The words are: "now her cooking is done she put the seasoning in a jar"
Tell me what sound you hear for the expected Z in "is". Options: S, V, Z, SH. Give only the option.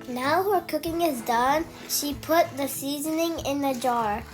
Z